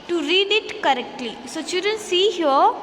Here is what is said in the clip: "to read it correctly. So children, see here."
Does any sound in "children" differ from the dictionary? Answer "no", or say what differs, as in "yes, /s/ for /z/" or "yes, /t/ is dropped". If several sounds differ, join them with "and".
yes, /l/ is dropped